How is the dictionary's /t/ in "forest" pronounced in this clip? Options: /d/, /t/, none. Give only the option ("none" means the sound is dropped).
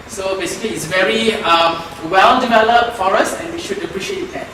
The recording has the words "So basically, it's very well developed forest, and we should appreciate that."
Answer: none